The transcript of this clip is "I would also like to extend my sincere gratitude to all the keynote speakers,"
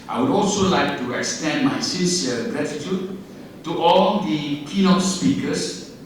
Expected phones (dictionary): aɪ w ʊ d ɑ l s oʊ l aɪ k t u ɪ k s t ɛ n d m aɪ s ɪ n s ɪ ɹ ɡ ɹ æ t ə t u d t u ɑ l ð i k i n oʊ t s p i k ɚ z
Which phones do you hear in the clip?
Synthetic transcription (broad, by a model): aɪ w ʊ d ɑ l s oʊ l aɪ k t u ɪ k s t ɛ n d m aɪ s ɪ s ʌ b ɹ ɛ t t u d t u ɑ l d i k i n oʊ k s p i k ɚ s